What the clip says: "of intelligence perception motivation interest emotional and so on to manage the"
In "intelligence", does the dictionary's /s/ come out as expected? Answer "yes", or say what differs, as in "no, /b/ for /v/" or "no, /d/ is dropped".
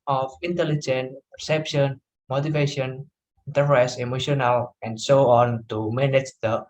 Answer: no, /s/ is dropped